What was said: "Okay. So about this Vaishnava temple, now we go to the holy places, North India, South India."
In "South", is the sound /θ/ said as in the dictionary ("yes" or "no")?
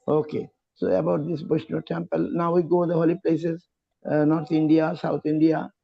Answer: no